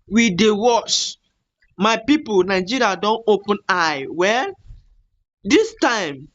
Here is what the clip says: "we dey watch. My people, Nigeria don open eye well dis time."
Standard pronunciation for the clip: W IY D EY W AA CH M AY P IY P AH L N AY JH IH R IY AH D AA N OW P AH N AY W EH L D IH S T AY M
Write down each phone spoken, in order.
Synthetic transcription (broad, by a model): W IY D EY W AA CH M AY P IY P AH L N AY JH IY R IY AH D AA N OW P AH N AY W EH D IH S T AY M